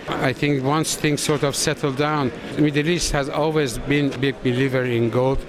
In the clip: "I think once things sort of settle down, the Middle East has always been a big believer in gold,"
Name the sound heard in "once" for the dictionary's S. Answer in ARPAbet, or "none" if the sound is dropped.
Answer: S